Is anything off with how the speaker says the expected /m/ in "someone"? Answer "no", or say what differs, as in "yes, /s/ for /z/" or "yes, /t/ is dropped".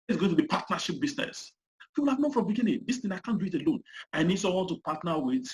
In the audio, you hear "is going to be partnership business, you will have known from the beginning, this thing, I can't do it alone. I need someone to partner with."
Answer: yes, /m/ is dropped